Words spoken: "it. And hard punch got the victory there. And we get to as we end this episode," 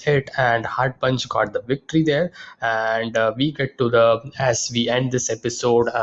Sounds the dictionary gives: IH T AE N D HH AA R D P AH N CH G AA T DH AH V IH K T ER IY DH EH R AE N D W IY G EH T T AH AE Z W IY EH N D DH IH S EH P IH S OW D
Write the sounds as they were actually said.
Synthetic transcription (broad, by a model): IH T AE N D HH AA R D P AH N CH G AA T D AH V IH K T ER IY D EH R AE N D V IY G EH T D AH AE Z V IY EH N D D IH S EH P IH S OW D